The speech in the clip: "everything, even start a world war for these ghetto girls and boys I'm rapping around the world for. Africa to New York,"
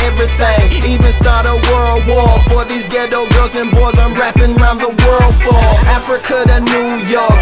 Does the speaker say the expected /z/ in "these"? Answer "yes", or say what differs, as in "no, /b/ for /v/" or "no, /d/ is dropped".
yes